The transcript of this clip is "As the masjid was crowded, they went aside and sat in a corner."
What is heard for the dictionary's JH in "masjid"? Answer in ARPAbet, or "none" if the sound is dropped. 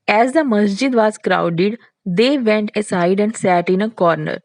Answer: JH